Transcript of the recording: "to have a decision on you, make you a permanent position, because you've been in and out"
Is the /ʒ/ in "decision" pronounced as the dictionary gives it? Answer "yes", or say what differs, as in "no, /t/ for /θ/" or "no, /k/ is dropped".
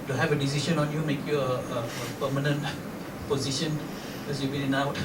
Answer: no, /ʃ/ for /ʒ/